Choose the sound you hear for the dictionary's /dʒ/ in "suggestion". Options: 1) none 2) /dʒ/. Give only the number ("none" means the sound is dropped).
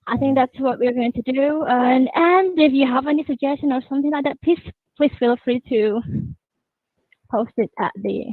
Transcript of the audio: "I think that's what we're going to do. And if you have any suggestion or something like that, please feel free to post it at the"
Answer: 2